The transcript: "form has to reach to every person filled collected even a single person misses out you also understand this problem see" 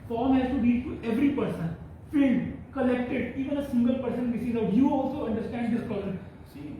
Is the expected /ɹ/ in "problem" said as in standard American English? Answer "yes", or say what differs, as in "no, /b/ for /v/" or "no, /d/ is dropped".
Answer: no, /ɹ/ is dropped